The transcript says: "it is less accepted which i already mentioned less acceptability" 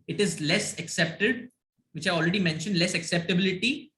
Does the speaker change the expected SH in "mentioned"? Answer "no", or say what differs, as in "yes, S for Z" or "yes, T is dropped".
no